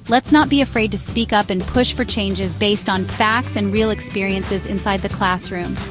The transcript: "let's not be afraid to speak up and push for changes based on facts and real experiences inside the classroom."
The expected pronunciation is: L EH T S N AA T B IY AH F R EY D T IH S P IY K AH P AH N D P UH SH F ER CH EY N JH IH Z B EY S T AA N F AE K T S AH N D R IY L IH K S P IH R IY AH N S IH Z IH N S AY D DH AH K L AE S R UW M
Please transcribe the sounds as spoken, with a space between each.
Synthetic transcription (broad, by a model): L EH T S N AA T B IY AH F R EY D T IH S P IY K AH P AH N P UH SH F ER CH EY N JH IH Z B EY S T N F AE K T S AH N R IY L IH K S P IH R IY AH N S IH Z IH N S AY D DH AH K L AE S R UW M